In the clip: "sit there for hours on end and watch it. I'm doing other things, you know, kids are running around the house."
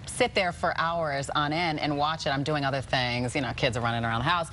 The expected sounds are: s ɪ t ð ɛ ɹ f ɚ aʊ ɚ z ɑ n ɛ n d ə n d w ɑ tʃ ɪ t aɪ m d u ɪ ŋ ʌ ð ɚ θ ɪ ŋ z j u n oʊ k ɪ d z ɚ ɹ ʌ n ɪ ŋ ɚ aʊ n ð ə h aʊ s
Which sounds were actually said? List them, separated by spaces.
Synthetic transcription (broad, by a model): s ɪ t ð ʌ ɹ f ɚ aʊ ɚ z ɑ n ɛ n ə n w ɑ tʃ ɪ t aɪ m d u ɪ ŋ ʌ ð ɚ θ ɪ ŋ z j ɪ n oʊ k ɪ d z ɚ ɹ ʌ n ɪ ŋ ɚ aʊ n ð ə h aʊ s